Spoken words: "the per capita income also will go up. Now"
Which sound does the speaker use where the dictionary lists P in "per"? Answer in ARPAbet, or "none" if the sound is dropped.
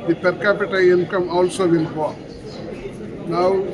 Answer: P